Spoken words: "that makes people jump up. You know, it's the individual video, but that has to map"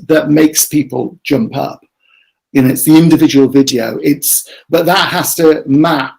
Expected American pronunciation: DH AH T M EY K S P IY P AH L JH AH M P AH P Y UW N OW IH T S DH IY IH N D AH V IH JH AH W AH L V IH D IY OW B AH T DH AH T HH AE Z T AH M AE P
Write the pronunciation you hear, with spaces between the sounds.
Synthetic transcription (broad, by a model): DH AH T M EY K S P IY P AH L JH AH M P AH P Y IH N OW IH T S DH IY IH N D AH V IH JH AH W AH L V IH D IY OW B AH T DH AH T HH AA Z T AH M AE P